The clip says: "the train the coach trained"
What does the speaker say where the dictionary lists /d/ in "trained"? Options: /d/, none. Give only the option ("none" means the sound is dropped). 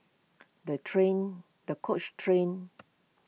none